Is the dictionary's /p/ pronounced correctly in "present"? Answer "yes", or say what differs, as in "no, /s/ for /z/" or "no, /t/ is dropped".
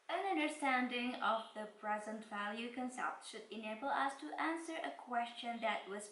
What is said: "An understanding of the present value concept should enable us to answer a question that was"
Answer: yes